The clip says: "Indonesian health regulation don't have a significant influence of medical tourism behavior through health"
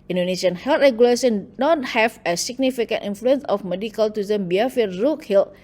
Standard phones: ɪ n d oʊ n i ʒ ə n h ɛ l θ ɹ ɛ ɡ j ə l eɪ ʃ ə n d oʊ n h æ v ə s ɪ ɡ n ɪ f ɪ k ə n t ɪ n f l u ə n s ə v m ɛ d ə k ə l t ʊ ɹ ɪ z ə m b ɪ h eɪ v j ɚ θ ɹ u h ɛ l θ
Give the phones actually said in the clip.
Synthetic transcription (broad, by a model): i n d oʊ n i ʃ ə n h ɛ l t ɹ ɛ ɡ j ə l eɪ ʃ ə n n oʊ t h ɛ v ə s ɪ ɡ n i f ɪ k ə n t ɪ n f l u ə n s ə f m ɛ d ə k ə l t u i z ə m b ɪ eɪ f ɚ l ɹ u h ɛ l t